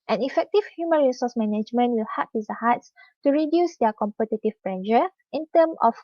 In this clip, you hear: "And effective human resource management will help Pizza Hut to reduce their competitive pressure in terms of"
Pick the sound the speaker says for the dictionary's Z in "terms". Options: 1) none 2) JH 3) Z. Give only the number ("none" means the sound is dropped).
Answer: 1